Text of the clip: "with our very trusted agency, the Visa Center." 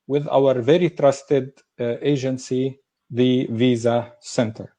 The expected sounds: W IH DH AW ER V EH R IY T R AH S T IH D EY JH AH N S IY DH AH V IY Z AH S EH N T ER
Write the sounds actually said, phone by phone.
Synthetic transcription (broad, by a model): W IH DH AW ER V EH R IY T R AH S T IH D EY JH AH N S IY DH AH V IY Z AH S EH N T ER